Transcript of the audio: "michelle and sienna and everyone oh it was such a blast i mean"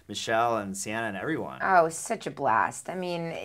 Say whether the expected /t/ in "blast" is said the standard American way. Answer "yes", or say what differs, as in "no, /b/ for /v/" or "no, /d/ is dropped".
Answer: yes